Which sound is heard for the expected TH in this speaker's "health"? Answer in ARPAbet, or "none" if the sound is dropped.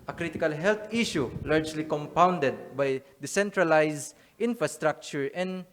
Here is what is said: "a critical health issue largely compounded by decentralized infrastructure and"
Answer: T